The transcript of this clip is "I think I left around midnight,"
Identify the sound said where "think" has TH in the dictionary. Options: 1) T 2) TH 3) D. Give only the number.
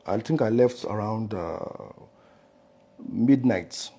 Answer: 1